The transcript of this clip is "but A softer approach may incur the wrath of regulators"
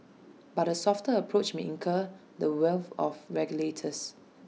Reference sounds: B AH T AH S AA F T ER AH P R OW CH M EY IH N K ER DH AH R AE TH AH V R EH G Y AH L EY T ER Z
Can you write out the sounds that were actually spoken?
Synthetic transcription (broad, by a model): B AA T AH S AA F T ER AH P R OW CH M EY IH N K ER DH AH W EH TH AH F R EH G Y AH L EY T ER S